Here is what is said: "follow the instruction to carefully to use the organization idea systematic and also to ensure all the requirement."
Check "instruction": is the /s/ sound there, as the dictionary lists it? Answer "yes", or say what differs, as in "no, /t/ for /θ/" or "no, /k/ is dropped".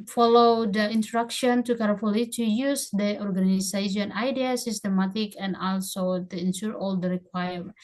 no, /s/ is dropped